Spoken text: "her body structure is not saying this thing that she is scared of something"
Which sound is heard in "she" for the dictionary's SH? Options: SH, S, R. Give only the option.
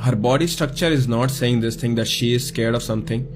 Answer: SH